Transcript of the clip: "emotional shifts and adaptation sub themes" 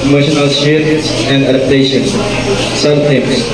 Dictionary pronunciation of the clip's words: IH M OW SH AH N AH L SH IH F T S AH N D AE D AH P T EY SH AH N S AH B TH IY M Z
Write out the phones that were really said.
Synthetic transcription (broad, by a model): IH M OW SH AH N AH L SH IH T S AH N D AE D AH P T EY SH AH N S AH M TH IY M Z